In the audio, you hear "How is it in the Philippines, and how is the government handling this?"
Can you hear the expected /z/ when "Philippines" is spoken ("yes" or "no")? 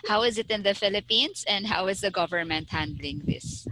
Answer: no